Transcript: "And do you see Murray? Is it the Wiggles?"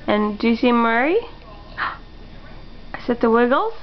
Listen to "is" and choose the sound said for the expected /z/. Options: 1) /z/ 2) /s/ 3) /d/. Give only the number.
2